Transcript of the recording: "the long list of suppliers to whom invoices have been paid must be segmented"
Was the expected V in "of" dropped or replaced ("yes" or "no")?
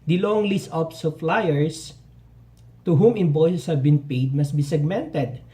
yes